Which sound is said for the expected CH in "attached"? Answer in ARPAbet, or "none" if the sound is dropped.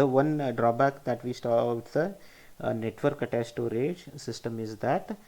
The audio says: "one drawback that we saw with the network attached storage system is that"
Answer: S